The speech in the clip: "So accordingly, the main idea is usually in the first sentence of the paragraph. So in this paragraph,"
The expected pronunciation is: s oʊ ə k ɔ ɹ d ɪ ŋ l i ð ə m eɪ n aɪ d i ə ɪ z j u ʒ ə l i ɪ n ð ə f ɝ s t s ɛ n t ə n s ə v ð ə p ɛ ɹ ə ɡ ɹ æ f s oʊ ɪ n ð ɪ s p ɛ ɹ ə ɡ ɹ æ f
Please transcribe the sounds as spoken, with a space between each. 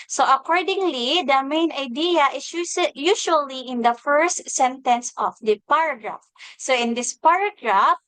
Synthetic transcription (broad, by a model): s oʊ ə k ɔ ɹ d ɪ ŋ l i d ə m eɪ n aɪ d i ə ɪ s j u s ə l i ɪ n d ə f ɝ s t s ɛ n t ə n s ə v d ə p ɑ ɹ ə ɡ ɹ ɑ f s oʊ ɪ n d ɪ s p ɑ ɹ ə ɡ ɹ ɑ f